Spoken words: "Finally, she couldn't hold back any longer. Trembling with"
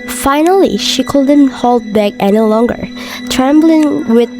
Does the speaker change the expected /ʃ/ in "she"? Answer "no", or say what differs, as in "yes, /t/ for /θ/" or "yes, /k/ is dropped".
no